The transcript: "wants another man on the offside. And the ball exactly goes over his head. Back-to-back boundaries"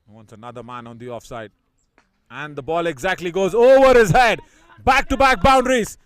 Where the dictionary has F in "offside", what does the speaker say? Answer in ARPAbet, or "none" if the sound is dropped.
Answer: F